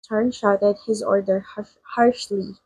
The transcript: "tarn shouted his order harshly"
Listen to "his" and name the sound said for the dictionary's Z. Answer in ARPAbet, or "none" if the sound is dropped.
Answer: Z